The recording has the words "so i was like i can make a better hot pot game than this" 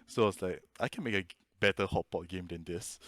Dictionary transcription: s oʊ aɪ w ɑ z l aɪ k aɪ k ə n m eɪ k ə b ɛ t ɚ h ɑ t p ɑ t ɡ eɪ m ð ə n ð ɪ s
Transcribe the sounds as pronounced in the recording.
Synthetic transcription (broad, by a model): s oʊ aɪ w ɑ s l aɪ k aɪ k ə n m eɪ k ə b ɛ t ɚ h ɑ t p ɑ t ɡ eɪ m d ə n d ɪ s